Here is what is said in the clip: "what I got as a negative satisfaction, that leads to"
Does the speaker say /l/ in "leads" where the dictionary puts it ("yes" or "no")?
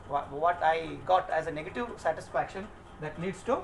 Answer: no